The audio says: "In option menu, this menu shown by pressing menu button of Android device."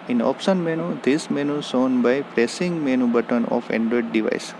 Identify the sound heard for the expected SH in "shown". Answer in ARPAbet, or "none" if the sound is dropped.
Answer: S